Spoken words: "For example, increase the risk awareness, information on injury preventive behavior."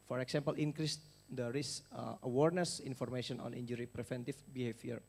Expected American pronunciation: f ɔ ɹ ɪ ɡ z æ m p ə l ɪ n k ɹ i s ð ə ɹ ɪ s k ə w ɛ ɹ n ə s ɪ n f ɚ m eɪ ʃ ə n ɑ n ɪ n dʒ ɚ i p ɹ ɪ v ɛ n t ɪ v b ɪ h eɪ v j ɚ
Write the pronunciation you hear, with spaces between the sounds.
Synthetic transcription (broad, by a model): f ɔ ɹ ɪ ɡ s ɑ m p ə l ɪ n k ɹ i s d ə ɹ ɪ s ə w ɛ ɹ n ə s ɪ n f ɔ m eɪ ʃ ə n ɑ n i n dʒ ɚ i p ɹ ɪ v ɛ n t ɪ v b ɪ h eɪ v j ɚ